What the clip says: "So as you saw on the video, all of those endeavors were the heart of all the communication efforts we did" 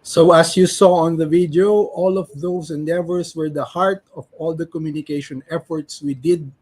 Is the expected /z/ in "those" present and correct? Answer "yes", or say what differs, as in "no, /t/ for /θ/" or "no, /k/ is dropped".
no, /s/ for /z/